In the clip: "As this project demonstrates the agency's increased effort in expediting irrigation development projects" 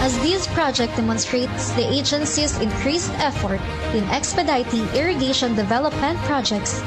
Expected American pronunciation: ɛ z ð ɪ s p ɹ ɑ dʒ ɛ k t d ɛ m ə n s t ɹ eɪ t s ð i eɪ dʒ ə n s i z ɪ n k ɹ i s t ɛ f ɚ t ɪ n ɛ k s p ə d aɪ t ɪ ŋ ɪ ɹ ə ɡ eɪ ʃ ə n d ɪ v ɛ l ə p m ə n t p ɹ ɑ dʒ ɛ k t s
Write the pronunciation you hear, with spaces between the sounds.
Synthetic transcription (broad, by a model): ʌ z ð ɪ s p ɹ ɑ dʒ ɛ k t d ɛ m ə n s t ɹ eɪ t s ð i eɪ dʒ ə n s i s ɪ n k ɹ i s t ɛ f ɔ t ɪ n ɛ k s p ə d aɪ t ɪ ŋ ɪ ɹ ə ɡ eɪ ʃ ə n d ɪ v ɛ l ə p m ə n t p ɹ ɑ dʒ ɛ k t s